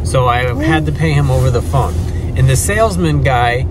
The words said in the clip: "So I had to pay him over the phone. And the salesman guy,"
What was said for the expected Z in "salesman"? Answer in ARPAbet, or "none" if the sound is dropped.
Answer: Z